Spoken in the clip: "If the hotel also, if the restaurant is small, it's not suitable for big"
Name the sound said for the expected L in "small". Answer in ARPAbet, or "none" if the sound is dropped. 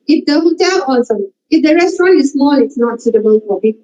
N